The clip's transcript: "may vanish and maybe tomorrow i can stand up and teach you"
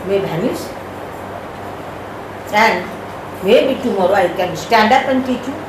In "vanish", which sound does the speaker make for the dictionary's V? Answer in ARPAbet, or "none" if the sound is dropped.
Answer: B